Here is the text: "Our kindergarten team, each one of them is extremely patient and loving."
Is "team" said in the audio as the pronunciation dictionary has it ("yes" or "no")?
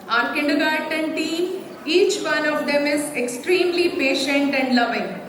no